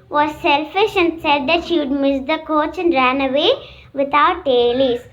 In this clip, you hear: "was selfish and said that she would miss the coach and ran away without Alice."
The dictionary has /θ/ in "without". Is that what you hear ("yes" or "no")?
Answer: no